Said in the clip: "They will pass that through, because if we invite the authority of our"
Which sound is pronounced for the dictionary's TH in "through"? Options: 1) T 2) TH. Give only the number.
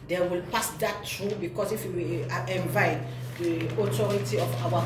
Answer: 1